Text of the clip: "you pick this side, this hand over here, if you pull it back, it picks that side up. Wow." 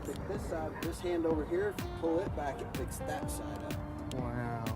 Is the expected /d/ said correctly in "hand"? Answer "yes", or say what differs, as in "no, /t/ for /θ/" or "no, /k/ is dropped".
yes